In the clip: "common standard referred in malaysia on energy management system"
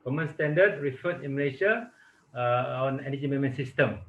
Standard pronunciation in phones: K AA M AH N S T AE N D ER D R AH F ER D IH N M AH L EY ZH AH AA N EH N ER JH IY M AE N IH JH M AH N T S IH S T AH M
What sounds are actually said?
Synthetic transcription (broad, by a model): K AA M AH N S T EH N D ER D R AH F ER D IH N M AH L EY SH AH AA N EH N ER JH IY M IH M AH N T S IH S T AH M